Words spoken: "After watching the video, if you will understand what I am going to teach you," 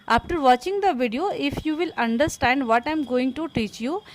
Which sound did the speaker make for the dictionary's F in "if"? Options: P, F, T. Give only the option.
F